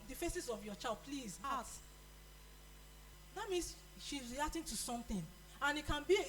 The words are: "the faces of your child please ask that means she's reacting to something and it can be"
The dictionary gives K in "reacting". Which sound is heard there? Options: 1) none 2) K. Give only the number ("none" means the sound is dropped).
1